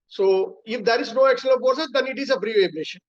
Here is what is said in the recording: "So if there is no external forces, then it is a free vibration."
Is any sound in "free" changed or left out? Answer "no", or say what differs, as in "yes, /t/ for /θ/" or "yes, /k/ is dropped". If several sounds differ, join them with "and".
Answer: yes, /p/ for /f/